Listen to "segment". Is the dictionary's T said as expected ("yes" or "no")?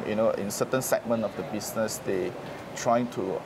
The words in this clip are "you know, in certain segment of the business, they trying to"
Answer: no